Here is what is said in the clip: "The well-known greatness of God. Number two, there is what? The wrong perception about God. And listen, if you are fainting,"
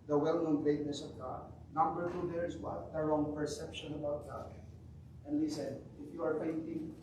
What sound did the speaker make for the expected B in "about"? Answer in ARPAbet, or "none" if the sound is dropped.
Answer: B